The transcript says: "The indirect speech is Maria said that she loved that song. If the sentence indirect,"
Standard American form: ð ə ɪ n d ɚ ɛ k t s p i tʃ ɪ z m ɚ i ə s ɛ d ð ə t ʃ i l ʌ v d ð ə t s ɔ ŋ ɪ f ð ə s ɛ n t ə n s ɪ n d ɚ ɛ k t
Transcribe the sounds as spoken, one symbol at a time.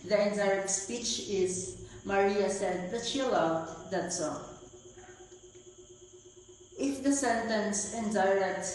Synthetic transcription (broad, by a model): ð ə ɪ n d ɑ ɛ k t s p i tʃ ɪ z m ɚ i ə s ɛ d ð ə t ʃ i l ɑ w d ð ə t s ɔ ɪ f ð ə s ɛ n t ə n s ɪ n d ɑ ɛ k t